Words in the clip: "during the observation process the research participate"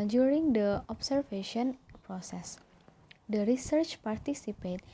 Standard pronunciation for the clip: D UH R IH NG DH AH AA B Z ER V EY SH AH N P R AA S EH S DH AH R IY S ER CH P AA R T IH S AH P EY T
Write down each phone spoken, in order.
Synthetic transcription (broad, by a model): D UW R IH NG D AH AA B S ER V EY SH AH N P R AA S EH S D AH R IY S ER CH P AA R T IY S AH P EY T